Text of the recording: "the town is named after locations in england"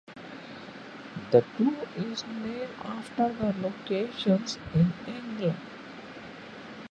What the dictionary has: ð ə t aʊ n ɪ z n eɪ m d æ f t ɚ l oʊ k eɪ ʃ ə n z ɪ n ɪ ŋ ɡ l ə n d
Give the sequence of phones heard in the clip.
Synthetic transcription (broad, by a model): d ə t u ɪ z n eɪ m æ f t ɚ l oʊ k eɪ ʃ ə n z ɪ n ɪ ŋ ɡ l ə n d